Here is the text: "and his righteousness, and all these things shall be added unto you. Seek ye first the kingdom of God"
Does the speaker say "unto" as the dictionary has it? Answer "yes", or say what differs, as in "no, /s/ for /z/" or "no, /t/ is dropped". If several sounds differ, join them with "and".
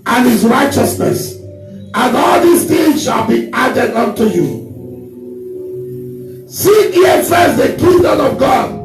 yes